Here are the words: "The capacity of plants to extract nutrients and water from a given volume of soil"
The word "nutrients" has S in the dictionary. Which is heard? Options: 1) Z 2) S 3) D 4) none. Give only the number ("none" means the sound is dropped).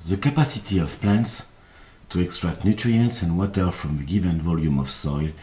2